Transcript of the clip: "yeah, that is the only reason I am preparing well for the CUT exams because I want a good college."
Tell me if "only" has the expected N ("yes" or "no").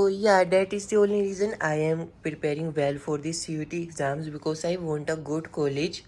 no